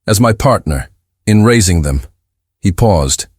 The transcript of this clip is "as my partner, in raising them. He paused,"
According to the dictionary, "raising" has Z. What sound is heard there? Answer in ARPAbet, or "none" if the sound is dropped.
Z